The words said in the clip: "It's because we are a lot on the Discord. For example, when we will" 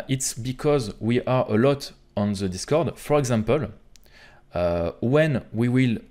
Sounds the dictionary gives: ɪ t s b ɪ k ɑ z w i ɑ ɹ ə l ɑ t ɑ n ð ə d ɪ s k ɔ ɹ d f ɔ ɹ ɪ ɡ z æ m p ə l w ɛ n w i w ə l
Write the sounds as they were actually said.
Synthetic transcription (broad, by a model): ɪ t s b ɪ k ɑ z w i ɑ ɹ ə l ɑ t ɑ n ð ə d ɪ s k ɔ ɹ d f ɔ ɹ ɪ ɡ z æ m p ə l w ɛ n w i w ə l